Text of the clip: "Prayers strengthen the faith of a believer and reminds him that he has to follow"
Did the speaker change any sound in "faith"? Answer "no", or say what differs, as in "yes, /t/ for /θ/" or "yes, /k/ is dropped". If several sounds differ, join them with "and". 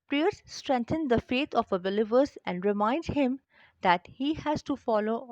yes, /t/ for /θ/